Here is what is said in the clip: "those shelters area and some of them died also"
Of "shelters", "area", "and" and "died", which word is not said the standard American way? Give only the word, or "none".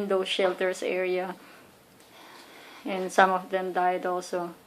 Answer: shelters